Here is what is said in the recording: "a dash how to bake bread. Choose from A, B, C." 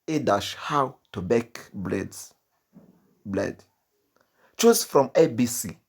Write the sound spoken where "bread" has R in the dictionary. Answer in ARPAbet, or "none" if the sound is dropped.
L